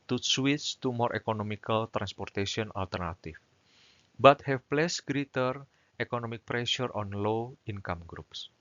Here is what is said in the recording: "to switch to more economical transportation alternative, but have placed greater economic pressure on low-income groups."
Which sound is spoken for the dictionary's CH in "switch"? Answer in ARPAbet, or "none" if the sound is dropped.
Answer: S